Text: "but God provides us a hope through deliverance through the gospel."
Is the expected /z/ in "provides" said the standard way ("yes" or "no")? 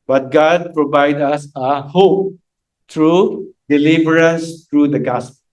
no